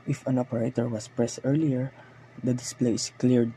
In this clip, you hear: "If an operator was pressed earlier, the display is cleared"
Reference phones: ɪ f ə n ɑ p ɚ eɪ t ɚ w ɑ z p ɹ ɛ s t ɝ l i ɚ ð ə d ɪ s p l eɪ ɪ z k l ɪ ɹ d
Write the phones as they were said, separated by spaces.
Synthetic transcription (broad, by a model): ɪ f ə n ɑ p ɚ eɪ t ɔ w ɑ s p ɹ ɛ s t ɝ l i ɚ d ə d ɪ s p l eɪ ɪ s k l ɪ ɹ d